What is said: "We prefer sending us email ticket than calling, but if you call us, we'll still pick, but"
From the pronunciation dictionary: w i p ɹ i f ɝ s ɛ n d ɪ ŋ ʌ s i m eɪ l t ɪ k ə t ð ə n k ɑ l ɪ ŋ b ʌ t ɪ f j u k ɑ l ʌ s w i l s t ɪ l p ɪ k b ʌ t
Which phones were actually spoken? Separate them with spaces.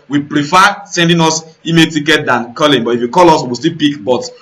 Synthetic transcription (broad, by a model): w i p ɹ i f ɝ s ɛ n d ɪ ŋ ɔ s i m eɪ t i k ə t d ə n k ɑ l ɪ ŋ b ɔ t ɪ f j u k ɑ l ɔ s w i w s t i l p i k b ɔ t